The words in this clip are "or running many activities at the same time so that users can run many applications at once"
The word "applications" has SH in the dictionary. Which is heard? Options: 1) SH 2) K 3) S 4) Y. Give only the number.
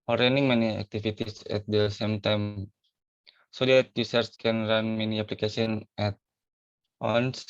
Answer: 3